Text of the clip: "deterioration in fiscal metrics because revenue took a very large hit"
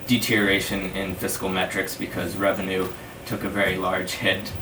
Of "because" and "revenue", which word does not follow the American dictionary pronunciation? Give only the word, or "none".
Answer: none